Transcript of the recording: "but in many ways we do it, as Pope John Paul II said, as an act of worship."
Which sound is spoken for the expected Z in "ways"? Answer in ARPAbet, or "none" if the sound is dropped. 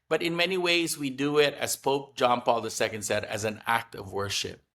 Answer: Z